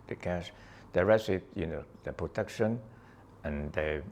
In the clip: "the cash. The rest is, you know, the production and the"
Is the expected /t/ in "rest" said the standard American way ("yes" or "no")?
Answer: no